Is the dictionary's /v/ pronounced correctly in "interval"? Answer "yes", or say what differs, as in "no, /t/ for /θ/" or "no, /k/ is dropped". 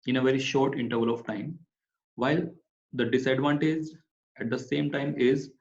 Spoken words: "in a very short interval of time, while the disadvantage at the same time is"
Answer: yes